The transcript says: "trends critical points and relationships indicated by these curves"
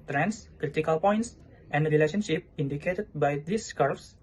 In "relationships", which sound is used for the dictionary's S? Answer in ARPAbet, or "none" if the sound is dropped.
none